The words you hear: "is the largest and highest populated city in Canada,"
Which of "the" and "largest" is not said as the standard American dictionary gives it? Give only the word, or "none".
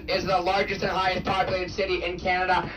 none